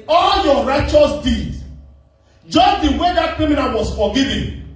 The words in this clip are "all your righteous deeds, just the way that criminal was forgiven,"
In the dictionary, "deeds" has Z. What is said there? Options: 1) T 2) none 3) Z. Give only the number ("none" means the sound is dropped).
2